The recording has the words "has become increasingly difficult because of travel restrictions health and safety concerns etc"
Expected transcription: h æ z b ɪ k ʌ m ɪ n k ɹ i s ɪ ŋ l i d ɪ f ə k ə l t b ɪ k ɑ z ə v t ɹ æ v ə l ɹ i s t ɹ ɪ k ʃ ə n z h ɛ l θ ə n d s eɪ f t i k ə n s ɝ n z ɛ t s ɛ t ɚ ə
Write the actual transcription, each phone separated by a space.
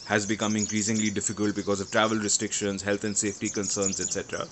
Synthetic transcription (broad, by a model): h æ z b ɪ k ʌ m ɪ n k ɹ i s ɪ ŋ l i d ɪ f ə k ə l t b ɪ k ɑ z ə v t ɹ æ v ə l ɹ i s t ɹ ɪ k ʃ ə n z h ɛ l t ə n d s eɪ f t i k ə n s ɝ n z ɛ t s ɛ t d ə